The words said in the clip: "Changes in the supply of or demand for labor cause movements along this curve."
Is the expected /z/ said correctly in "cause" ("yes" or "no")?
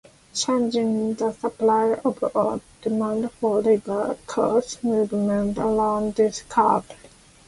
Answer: no